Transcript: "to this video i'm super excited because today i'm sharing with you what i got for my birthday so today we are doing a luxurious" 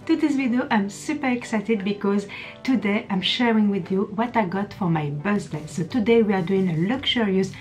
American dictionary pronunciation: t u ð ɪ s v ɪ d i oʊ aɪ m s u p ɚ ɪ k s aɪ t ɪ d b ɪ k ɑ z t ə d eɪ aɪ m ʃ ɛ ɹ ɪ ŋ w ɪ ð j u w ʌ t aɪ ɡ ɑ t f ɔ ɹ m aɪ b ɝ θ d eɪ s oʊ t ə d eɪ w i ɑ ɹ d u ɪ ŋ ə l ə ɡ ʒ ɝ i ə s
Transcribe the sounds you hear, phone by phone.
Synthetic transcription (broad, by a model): t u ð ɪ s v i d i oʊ aɪ m s u p ɚ ɪ k s aɪ t ɪ d b ɪ k ɑ z t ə d eɪ aɪ m ʃ ɛ ɹ ɪ ŋ w ɪ ð j u w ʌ t aɪ ɡ ɑ t f ɔ ɹ m aɪ b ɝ s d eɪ s oʊ t ə d eɪ w i ɑ ɹ d u ɪ ŋ ə l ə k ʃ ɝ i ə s